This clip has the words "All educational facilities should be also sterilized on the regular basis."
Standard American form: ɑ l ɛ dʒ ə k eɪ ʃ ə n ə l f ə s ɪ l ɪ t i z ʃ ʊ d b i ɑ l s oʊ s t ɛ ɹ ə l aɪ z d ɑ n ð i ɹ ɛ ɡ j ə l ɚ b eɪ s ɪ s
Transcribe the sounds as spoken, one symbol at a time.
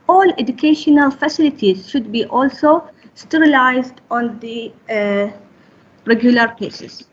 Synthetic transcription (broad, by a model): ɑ l ɛ dʒ ə k eɪ ʃ ə n ə l f ə s ɪ l ɪ t i z ʃ ʊ d b i ɑ l s oʊ s t ɛ ɹ ə l aɪ z d ɑ n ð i ɹ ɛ ɡ j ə l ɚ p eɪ s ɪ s